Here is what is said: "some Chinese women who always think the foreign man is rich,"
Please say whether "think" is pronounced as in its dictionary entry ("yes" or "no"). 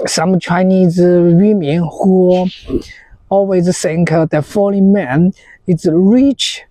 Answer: no